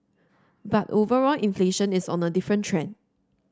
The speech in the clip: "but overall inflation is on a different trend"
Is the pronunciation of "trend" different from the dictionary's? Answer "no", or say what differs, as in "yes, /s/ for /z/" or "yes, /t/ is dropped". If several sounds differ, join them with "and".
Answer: yes, /d/ is dropped